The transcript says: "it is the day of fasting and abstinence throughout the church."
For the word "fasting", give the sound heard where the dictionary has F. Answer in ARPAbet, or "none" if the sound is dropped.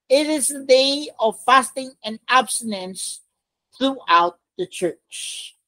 F